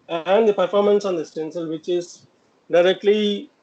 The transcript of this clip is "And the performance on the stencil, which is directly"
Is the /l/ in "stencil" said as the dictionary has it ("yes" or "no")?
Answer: yes